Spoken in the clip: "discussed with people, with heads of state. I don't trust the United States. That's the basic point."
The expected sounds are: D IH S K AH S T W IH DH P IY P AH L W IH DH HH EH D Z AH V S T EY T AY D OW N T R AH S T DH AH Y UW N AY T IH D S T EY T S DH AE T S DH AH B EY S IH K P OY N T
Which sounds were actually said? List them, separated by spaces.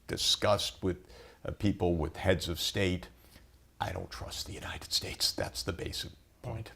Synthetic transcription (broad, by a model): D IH S K AH S T W IH DH P IY P L W IH DH HH EH D Z AH V S T EY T AY D OW N T R AH S T DH AH Y UW N AY T IH D S T EY T S DH AE T S DH AH B EY S IH K P OY N T